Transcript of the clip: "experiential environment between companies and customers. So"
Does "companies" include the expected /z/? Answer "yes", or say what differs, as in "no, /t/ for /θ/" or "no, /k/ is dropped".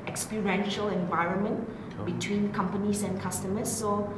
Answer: no, /s/ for /z/